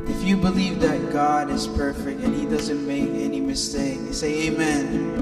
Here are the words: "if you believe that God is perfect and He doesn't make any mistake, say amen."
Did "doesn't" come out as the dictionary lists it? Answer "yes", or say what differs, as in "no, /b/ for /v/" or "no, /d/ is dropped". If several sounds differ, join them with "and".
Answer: yes